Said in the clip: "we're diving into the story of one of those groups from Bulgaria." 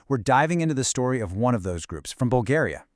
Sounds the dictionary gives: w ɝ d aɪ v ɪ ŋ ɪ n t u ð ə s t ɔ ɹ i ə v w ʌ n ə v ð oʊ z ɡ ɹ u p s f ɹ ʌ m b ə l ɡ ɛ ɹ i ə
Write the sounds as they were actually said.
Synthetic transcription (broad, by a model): w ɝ d aɪ v ɪ ŋ ɪ n t u ð ə s t ɔ ɹ i ə v w ʌ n ə v ð oʊ z ɡ ɹ u p s f ɹ ʌ m b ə l ɡ ɛ ɹ i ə